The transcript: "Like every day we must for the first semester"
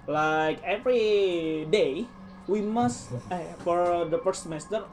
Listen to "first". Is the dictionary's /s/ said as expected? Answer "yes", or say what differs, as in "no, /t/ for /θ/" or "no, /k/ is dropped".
no, /s/ is dropped